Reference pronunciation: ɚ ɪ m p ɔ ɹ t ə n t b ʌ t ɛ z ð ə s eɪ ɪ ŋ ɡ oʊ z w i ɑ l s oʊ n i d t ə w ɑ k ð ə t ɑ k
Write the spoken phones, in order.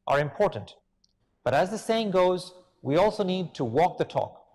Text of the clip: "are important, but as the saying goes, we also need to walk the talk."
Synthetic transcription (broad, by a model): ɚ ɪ m p ɔ ɹ t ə n t b ʌ t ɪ z ð ə s eɪ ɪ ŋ ɡ oʊ z w i ɑ l s oʊ n i d t ə w ɑ k ð ə t ɑ k